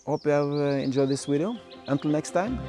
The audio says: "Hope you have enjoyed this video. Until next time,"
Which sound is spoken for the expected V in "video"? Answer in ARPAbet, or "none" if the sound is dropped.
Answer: W